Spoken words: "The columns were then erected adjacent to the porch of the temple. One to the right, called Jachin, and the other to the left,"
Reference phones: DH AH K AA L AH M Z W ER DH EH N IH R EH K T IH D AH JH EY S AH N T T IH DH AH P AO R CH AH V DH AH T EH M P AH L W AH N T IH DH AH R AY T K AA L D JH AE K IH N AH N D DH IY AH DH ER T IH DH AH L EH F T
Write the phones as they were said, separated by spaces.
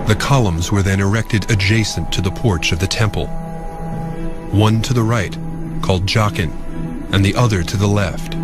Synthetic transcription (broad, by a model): DH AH K AA L AH M Z W ER DH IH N IH R EH K T IH D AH JH EY S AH N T T IH DH AH P AO R CH AH V DH AH T EH M P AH L W AH N T IH DH AH R AY T K AA L D JH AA K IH N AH N DH IY AH DH ER T IH DH AH L EH F T